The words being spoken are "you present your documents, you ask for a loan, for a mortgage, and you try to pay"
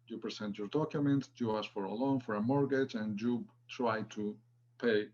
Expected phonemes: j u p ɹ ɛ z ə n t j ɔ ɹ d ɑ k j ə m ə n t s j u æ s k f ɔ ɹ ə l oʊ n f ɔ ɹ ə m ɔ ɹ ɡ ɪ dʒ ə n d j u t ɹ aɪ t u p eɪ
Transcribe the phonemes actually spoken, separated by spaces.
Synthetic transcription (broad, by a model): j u p ɹ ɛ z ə n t j ɔ ɹ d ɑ k j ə m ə n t j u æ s f ɔ ɹ ə l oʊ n f ɔ ɹ ə m ɔ ɹ ɡ ɪ dʒ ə n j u t ɹ aɪ t u p eɪ